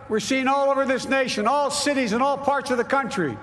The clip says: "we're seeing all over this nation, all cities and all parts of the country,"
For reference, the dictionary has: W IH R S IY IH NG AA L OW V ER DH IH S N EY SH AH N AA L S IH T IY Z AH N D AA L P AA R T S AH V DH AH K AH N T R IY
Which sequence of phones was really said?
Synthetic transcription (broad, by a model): W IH R S IY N AA L OW V ER DH IH S N EY SH AH N AA L S IH T IY Z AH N AA L P AA R T S AH V DH AH K AH N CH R IY